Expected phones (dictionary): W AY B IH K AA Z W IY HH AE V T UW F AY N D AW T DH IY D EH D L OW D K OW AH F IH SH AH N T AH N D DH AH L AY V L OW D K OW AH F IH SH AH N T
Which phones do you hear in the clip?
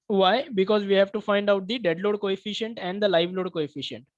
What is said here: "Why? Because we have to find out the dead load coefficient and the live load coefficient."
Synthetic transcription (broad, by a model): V AY B IH K AA Z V IY HH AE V T UW F AY N D AW T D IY D EH D L OW D K OW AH F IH SH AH N T AH N D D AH L AY V L OW D K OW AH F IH SH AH N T